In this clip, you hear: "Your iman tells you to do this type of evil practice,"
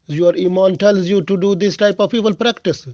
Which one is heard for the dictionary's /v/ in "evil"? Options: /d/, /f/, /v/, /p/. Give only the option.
/p/